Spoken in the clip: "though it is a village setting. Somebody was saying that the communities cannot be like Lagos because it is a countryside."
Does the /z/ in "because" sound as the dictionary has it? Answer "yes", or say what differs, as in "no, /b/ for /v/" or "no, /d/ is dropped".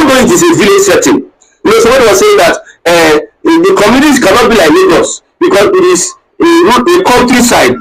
no, /s/ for /z/